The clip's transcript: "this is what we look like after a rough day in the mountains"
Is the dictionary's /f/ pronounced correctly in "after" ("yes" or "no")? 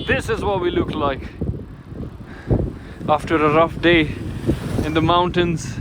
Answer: yes